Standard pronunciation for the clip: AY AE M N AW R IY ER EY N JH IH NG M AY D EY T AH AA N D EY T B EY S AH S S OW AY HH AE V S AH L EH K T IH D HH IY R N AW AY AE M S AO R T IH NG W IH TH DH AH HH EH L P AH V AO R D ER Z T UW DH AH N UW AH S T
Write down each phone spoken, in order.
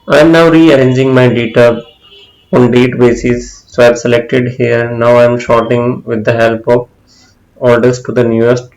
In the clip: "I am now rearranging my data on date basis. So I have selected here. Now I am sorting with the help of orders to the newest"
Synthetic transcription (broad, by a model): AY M N AW R IY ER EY N JH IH NG M AY D EY T AH AA N D EY T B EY S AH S S OW AY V S AH L EH K T IH D HH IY R N AW AY M SH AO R T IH NG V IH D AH HH EH L P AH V AO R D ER S T UW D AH N UW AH S T